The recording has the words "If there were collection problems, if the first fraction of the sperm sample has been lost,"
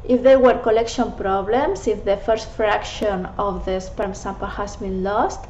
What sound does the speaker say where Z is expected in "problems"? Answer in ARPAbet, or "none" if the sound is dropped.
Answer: S